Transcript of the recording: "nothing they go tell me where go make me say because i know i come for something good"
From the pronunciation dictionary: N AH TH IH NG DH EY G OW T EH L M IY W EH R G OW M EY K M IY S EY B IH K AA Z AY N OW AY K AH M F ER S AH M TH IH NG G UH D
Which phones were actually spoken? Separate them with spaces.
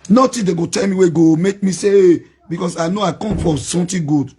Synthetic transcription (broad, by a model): N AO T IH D EY G OW T EH L M IY W EH G OW M EY K M IY S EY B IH K AA S AY N OW AY K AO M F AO S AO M T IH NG G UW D